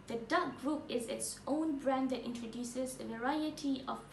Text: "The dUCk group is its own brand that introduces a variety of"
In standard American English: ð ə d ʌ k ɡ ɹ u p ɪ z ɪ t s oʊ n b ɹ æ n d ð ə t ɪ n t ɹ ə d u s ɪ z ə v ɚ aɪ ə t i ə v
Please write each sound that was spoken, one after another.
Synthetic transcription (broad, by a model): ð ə d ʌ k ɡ ɹ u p ɪ z ɪ t s oʊ n b ɹ æ n d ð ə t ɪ n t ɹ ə d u s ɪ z ə v ɚ aɪ ə t i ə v